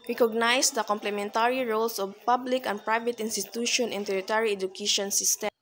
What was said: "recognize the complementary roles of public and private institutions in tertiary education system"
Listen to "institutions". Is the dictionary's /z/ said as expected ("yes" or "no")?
no